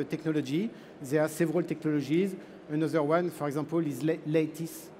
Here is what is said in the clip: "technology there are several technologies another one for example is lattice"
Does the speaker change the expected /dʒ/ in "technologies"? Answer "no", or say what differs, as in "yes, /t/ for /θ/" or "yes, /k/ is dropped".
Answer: yes, /ʒ/ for /dʒ/